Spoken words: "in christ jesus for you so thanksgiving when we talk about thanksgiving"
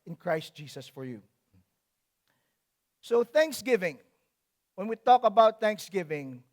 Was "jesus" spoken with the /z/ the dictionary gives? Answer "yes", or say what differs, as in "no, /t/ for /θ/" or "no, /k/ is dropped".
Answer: no, /s/ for /z/